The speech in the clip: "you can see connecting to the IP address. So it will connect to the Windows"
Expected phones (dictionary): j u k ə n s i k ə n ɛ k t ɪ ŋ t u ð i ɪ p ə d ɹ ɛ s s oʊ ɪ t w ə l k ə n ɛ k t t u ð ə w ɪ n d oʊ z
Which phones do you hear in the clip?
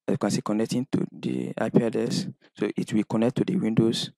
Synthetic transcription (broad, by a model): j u k ə n s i k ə n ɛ k t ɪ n t u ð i ɪ p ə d ɛ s s oʊ ɪ t w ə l k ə n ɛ k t t u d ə w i n d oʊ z